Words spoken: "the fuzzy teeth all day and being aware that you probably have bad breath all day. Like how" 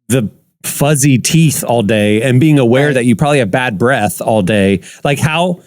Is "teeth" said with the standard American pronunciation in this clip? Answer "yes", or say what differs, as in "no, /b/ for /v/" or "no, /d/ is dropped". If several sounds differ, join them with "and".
yes